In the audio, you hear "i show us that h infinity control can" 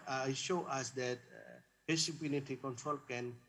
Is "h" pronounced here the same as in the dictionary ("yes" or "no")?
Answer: no